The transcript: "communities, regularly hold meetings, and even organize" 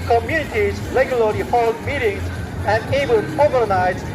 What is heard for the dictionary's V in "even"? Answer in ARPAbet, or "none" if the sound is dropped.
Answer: B